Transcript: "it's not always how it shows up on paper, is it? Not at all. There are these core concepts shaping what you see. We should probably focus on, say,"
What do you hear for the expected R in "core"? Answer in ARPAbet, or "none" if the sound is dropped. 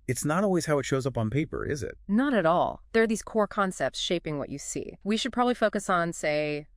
R